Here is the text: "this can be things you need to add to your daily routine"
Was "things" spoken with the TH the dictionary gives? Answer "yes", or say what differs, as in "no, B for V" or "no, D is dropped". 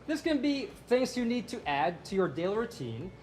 yes